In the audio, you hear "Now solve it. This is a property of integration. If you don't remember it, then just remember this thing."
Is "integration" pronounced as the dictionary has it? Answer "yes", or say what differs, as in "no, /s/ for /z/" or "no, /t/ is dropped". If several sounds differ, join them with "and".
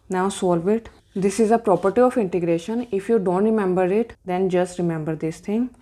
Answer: yes